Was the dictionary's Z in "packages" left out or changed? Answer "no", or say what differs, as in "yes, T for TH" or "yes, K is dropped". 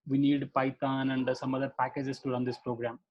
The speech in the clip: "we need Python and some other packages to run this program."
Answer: yes, S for Z